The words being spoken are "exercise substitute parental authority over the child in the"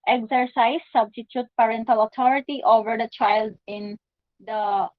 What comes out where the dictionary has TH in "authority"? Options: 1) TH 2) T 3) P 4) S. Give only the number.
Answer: 2